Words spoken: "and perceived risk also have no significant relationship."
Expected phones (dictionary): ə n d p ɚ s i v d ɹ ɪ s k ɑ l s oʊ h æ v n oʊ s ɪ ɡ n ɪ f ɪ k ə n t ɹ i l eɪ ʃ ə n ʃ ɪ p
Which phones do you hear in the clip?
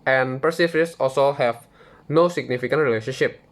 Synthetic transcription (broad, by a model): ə n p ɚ s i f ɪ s ɑ l s oʊ h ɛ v n oʊ s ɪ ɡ n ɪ f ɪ k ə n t ɹ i l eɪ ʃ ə n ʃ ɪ p